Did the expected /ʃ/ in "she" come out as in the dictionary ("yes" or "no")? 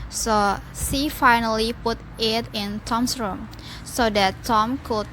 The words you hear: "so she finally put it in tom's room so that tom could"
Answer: no